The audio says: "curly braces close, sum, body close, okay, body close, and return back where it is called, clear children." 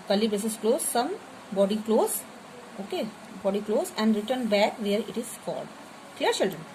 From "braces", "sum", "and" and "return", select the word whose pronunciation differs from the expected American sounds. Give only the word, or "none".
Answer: braces